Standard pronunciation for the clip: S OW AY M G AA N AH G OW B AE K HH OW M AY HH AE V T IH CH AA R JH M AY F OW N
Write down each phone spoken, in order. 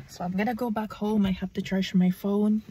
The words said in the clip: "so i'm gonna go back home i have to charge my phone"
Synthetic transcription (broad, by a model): S OW AY M G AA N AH G OW B AE K HH OW M AY HH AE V T IH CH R SH M AY F OW N